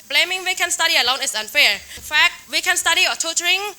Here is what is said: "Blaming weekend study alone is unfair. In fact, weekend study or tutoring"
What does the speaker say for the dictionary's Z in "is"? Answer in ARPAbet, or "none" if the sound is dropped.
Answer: S